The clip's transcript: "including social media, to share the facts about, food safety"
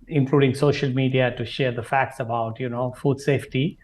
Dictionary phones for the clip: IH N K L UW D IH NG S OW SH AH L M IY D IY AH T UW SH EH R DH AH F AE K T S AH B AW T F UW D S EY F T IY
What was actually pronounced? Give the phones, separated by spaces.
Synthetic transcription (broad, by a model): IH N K L UW D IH NG S OW SH AH L M IY D IY AH T UW SH EH R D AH F AE K T S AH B AW T F UW D S EY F T IY